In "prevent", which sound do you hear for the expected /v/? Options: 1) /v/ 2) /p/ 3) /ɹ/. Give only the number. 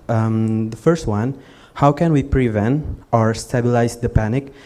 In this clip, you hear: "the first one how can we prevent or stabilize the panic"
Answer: 1